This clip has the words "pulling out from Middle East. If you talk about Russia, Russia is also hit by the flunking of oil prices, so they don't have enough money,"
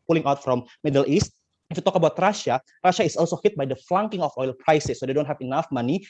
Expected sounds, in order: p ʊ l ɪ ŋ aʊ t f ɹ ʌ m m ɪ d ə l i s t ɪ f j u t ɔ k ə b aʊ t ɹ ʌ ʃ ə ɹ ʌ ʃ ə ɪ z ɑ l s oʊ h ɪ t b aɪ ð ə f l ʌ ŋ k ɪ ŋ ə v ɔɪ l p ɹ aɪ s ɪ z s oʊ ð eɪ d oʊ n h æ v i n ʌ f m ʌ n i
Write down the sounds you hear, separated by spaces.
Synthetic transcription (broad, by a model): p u l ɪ ŋ aʊ t f ɹ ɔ m m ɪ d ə l i s t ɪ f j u t ɔ k ə b aʊ t ɹ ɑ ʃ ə ɹ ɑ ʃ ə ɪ s ɑ l s oʊ h ɪ t b aɪ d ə f l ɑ ŋ k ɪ ŋ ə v ɔɪ l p ɹ aɪ s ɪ s oʊ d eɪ d oʊ n h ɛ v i n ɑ f m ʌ n i